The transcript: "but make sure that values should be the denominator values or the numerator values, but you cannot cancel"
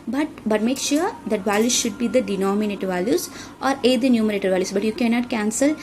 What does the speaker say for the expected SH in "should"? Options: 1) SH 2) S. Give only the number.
1